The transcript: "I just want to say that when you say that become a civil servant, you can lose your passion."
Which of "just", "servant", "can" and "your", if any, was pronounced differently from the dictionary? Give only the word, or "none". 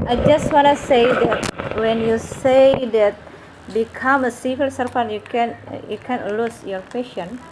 servant